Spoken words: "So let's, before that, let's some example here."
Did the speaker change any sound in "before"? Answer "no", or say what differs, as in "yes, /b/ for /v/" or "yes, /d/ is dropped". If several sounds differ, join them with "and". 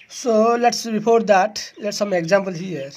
yes, /p/ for /f/